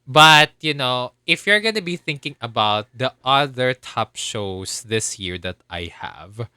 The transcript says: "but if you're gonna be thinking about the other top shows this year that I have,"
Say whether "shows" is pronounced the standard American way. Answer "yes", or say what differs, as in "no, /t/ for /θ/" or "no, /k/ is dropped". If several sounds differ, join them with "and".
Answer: no, /s/ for /z/